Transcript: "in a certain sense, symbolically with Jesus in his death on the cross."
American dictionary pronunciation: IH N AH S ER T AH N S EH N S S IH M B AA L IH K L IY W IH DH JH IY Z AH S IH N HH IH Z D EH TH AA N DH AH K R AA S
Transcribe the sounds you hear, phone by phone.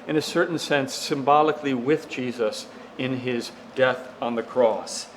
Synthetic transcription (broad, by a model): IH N AH S ER T N S EH N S S IH M B AA L IH K L IY W IH DH JH IY Z AH S IH N IH Z D EH TH N DH AH K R AA S